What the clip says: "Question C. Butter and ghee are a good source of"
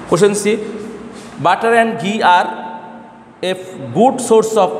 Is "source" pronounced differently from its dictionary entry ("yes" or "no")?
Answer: no